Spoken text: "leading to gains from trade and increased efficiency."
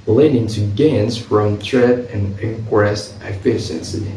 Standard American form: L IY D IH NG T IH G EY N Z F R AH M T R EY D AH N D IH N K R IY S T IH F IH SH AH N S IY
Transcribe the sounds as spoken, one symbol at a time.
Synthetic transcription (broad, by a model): L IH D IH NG T IH G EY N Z F R AH M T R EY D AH N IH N K W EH S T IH F IH SH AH N S IY